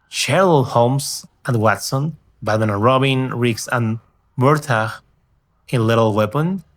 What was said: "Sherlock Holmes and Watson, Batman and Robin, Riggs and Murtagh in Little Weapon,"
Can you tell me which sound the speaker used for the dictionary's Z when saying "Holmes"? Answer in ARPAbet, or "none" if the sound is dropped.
S